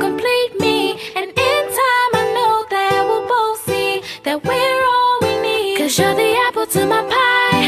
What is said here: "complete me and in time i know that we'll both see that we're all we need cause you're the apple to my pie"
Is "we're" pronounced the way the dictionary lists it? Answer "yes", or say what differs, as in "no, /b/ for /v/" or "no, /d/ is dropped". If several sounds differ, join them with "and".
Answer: yes